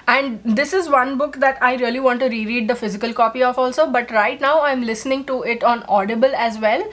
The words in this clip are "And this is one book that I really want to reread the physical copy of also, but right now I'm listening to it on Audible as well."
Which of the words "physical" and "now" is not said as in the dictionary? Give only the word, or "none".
none